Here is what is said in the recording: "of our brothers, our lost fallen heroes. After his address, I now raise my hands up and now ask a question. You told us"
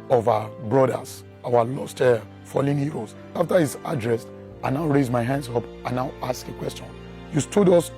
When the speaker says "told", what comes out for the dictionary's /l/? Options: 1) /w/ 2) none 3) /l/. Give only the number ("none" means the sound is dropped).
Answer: 2